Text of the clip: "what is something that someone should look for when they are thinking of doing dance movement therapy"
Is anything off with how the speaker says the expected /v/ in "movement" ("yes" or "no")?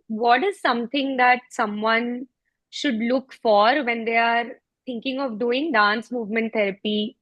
no